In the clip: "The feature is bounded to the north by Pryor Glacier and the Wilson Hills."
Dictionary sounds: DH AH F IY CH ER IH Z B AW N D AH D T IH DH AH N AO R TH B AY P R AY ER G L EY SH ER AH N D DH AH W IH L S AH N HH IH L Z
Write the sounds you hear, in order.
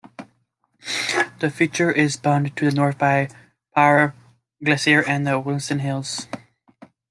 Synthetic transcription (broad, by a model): DH AH F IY CH ER IH Z B AW N T IH DH AH N AO R TH B AY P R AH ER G L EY S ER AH N DH AH W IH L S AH N HH IH L Z